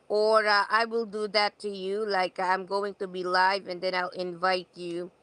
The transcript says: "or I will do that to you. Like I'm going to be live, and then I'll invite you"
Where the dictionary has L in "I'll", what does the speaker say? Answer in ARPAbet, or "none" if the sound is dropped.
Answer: L